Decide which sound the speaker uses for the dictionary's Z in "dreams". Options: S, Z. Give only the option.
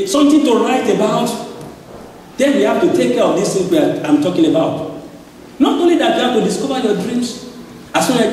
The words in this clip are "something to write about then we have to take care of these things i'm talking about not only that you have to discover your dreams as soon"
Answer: S